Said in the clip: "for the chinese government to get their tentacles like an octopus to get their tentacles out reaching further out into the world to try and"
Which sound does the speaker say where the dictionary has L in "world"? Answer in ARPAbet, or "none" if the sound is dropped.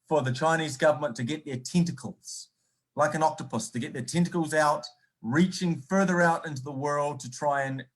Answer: L